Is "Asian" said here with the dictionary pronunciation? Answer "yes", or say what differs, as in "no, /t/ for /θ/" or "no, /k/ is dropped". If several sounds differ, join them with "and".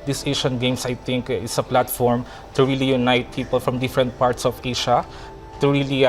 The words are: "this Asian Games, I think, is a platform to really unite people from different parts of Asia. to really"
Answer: no, /ʃ/ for /ʒ/